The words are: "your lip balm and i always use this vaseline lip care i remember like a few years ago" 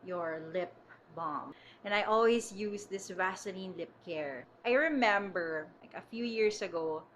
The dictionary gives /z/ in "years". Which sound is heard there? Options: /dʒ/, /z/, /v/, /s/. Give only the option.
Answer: /s/